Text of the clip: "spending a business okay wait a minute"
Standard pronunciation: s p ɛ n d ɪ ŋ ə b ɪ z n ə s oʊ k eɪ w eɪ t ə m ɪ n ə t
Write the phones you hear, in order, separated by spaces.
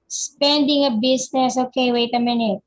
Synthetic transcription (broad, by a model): s p ɛ n d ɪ ŋ ə b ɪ s n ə s oʊ k eɪ w eɪ t ə m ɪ n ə t